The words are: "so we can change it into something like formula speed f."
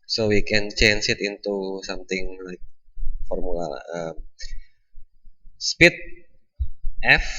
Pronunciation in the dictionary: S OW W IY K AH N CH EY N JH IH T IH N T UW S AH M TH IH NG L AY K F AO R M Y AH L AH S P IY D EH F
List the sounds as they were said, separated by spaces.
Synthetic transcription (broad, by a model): S OW W IY K AH N CH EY N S IH T IH N T UW S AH M T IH NG L AY K F AO R M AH L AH S P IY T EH F